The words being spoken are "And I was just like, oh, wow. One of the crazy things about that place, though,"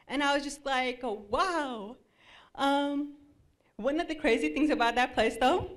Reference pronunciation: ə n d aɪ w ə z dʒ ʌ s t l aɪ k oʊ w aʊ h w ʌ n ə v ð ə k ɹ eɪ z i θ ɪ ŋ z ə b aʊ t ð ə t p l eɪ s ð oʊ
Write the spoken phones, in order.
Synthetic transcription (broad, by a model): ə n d aɪ w ə z dʒ ʌ s t l aɪ k oʊ w aʊ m w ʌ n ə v ð ə k ɹ eɪ z i θ ɪ ŋ z ə b aʊ t ð ə t p l eɪ s ð oʊ